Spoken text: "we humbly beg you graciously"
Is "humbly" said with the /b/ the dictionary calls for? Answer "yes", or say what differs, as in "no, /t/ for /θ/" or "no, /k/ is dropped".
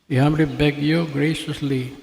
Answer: no, /b/ is dropped